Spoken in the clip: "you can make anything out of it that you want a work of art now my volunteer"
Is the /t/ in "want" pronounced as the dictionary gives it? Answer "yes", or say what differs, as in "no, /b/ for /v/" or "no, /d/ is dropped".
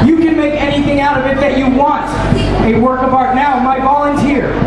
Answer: yes